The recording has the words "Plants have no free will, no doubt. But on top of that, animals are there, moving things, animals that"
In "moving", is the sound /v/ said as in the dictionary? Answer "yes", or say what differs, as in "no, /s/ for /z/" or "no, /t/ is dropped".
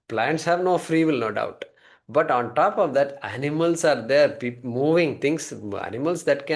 yes